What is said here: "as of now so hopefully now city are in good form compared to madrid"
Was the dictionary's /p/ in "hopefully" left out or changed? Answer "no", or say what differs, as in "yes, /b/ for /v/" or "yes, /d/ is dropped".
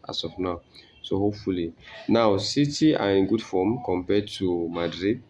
yes, /p/ is dropped